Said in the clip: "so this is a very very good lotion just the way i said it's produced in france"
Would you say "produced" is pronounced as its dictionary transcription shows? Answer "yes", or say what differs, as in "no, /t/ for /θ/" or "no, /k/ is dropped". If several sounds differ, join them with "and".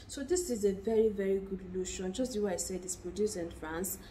no, /t/ is dropped